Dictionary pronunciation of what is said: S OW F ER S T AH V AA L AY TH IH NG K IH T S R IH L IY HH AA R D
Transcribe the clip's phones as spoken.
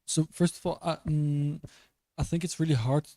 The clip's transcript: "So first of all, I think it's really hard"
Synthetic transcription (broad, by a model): S OW F ER S T AH V AA L AY TH IH NG K IH T S R IH L IY HH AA R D